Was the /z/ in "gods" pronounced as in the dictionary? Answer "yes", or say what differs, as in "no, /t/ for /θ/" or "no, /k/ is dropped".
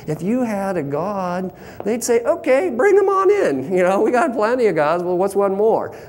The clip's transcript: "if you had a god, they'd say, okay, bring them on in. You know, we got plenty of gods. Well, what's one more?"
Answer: yes